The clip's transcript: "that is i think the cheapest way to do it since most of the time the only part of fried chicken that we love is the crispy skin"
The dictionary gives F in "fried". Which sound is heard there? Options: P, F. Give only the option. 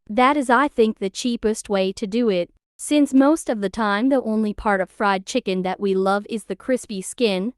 F